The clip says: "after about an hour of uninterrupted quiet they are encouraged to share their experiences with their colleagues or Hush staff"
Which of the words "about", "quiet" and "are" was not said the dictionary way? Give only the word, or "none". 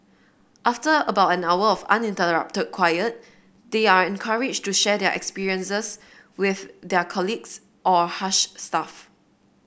none